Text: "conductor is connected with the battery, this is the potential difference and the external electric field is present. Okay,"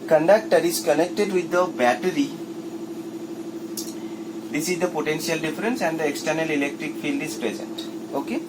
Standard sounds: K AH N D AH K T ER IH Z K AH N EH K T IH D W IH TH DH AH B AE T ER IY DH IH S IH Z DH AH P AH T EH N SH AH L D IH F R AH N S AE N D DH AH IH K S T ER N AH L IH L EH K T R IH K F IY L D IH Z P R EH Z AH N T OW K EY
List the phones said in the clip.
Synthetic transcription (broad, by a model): K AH N D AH K T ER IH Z K AH N EH K T IH D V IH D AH B AE T ER IY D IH S IH Z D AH P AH T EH N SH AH L D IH F R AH N S AE N D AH IH K S T ER N AH L IH L EH K T R IH K F IY L D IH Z P R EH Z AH N T OW K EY